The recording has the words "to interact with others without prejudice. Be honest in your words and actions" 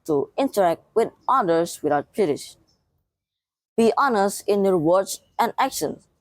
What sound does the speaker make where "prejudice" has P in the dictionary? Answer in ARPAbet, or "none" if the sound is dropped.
B